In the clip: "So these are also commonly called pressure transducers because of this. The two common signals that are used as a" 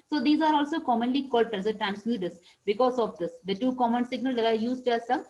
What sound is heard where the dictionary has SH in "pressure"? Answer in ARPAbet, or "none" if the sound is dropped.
S